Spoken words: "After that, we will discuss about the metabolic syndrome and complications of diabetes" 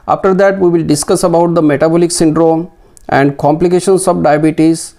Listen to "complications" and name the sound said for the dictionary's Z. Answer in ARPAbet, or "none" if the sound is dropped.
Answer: S